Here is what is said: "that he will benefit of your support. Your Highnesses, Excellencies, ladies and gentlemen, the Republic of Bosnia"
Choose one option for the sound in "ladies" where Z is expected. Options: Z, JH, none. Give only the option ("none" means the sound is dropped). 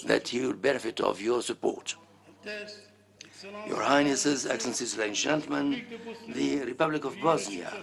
none